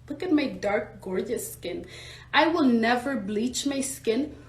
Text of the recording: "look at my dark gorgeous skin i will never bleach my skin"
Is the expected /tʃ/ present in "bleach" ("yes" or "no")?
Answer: yes